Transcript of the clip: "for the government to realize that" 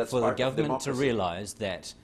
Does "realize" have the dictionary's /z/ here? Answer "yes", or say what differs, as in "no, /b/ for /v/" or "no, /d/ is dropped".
yes